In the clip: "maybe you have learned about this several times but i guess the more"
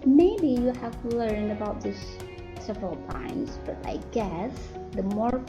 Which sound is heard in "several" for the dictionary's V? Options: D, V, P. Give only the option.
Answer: V